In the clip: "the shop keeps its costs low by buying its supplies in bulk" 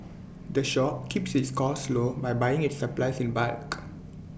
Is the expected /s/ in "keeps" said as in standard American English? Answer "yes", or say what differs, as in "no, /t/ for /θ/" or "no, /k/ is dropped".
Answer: yes